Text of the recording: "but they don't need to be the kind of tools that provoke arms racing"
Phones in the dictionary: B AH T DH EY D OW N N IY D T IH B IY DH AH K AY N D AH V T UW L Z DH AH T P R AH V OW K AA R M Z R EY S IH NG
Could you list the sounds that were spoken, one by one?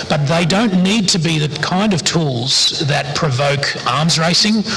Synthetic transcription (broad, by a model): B AH T DH EY D OW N N IY D T IH B IY DH AH K AY N D AH V T UW L Z DH AH T P R AH V OW K AA R M Z R EY S IH NG